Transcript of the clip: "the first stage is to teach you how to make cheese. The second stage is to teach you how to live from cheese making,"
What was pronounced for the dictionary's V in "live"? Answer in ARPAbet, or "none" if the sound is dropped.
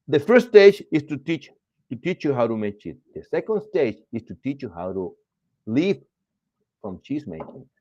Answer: P